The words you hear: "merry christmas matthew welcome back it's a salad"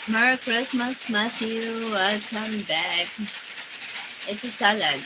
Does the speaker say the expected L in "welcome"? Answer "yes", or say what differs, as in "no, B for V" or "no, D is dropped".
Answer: no, L is dropped